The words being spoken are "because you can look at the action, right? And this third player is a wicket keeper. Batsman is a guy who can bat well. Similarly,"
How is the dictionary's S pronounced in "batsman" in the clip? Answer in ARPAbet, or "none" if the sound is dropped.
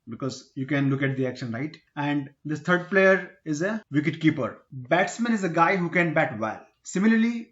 S